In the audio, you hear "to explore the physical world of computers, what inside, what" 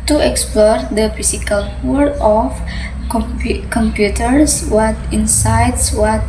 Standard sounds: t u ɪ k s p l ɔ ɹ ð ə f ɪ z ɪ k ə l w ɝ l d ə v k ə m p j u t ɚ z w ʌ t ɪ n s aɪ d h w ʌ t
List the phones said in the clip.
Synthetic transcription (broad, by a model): t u ɪ k s p l ɔ ɹ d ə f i s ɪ k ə l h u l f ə p k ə m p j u t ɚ s w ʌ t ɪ n s aɪ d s w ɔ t